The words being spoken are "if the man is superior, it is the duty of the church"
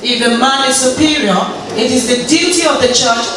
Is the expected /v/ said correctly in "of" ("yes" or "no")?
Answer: yes